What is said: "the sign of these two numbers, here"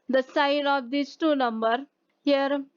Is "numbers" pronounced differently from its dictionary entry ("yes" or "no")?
yes